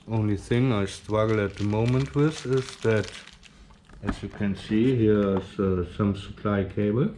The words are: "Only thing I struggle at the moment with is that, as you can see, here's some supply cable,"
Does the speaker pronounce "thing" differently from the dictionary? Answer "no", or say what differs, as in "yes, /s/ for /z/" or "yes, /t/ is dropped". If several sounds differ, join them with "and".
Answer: no